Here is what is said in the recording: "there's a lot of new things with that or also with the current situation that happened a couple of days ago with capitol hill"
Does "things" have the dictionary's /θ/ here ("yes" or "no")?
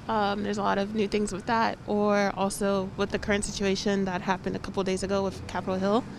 yes